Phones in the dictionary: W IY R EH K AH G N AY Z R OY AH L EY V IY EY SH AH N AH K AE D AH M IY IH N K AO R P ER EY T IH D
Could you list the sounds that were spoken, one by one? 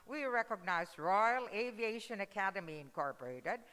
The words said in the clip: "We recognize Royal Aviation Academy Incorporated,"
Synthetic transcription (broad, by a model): W IY R EH K AH G N AY Z R OY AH L EY V IY EY SH AH N AH K AE D AH M IY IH N K AO R P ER EY T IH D